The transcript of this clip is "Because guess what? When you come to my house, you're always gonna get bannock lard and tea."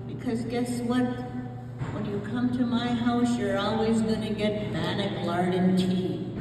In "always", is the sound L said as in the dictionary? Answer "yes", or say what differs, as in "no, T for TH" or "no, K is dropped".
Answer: yes